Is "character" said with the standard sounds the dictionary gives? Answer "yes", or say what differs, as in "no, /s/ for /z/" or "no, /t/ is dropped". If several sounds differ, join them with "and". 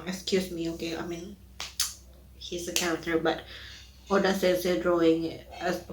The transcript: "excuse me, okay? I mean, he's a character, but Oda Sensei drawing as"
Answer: no, /ɹ/ is dropped